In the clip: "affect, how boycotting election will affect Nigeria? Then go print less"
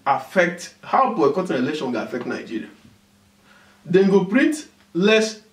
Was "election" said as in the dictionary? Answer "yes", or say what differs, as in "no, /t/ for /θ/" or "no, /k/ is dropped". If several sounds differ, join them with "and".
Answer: no, /k/ is dropped